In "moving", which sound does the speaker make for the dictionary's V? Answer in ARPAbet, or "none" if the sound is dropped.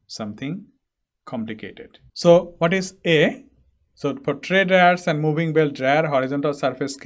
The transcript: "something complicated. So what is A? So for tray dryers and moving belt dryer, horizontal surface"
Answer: B